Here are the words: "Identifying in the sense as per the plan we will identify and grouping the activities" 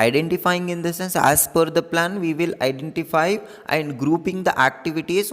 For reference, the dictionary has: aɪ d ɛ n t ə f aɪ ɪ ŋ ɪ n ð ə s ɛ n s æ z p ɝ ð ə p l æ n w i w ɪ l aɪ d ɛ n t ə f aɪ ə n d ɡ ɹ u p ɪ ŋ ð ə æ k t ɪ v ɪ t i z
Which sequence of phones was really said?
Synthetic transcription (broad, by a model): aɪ d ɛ n t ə f aɪ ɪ ŋ ɪ n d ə s ɛ n s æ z f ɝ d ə p l æ n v i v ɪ l aɪ d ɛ n t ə f aɪ ə n d ɡ ɹ u p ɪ ŋ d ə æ k t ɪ v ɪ t i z